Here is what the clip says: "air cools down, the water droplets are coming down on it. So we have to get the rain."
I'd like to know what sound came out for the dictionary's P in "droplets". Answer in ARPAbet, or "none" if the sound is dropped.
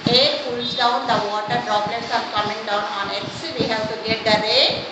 B